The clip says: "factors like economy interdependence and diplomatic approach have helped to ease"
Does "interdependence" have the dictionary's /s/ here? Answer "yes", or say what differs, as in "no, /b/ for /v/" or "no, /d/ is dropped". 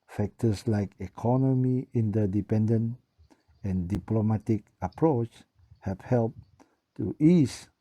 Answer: no, /s/ is dropped